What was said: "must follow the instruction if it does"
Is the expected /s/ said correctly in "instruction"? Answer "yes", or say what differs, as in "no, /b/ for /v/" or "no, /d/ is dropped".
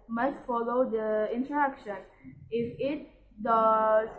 no, /s/ is dropped